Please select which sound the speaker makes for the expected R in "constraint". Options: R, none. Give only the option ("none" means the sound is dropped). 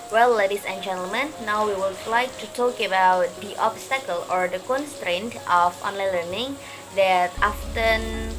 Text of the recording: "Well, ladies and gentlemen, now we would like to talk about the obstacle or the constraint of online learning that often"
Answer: R